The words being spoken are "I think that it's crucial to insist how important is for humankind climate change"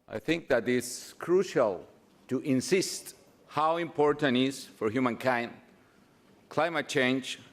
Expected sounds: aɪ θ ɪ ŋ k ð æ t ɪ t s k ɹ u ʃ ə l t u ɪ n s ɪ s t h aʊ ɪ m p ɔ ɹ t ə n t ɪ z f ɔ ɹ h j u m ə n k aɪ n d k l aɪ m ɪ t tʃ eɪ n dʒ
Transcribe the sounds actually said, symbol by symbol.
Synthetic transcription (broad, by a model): aɪ θ ɪ ŋ k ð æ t ɪ t s k ɹ u ʃ ə l t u ɪ n s ɪ s t h aʊ ɪ m p ɔ ɹ t ə n t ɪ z f ɔ ɹ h j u m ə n k aɪ n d k l aɪ m ɪ t tʃ eɪ n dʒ